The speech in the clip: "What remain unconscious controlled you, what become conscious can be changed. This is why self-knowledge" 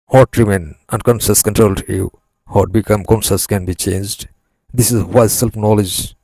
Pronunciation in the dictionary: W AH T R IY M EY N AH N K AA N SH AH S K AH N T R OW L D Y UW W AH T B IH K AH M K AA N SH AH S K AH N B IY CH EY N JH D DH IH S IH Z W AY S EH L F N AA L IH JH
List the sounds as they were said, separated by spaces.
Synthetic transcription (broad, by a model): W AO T R IY M EY N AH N K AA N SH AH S K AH N T R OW L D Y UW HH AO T B IH K AH M K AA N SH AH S K AH N B IY CH EY N JH D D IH S IH Z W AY S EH L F N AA L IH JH